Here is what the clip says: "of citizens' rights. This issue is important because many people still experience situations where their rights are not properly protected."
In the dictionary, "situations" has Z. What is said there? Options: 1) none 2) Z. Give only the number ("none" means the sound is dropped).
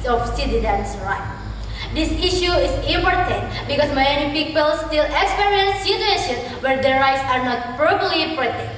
1